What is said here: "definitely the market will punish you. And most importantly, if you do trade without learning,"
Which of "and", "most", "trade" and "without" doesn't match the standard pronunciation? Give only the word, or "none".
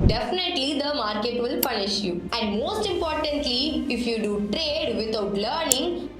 without